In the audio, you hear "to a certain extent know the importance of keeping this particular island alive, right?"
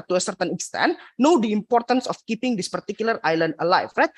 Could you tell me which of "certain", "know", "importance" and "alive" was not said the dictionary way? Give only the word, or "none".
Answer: alive